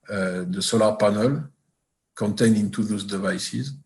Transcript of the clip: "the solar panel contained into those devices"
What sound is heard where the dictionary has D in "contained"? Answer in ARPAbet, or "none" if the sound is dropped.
none